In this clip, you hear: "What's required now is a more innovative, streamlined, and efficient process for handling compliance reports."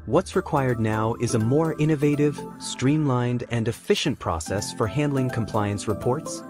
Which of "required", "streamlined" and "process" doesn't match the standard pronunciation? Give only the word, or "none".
none